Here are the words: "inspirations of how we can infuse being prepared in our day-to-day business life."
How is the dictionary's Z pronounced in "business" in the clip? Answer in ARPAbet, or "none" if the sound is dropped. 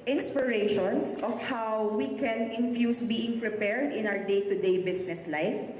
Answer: S